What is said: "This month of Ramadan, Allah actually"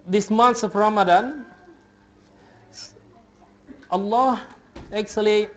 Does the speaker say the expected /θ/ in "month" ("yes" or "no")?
no